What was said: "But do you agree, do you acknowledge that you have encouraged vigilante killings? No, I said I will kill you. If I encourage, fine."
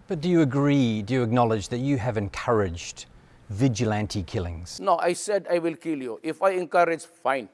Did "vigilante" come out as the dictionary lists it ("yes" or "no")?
yes